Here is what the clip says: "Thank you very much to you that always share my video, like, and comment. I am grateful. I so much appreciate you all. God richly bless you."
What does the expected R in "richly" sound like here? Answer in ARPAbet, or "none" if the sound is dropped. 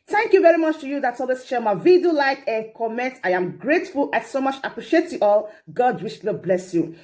W